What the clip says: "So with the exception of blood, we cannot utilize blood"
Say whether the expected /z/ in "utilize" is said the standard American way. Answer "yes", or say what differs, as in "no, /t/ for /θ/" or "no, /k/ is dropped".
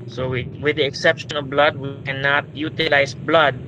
no, /s/ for /z/